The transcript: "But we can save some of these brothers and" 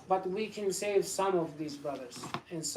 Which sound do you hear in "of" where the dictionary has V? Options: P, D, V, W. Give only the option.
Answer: V